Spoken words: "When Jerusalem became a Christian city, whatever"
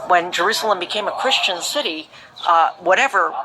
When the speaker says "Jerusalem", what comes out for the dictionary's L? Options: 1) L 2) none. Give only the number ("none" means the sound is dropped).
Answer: 1